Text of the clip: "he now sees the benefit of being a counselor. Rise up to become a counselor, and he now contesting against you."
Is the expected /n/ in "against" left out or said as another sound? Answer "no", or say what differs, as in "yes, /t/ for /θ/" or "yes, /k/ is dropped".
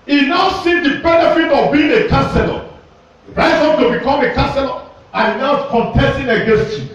no